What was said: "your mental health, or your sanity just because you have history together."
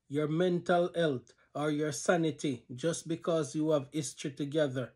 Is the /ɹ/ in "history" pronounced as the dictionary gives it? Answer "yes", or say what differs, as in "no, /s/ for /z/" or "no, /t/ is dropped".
no, /ɹ/ is dropped